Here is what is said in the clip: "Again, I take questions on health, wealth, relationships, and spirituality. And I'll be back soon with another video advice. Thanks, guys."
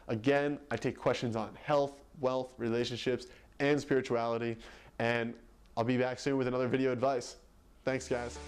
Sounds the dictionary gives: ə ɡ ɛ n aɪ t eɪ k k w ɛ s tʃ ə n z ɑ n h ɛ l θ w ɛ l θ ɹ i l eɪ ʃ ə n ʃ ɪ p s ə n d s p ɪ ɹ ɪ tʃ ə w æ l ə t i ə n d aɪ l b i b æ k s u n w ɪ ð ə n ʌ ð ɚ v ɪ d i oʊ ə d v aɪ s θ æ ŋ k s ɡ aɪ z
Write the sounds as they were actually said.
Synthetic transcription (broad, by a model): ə ɡ ɛ n aɪ t eɪ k k w ɛ s tʃ ə n z n h ɛ l θ w ɛ l θ ɹ i l eɪ ʃ ə n ʃ ɪ p s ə n s p ɪ ɹ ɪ tʃ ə æ l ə t i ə n aɪ l b i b æ k s u n w ɪ ð ə n ʌ ð ɚ v ɪ d i oʊ ə d v aɪ s θ æ ŋ k s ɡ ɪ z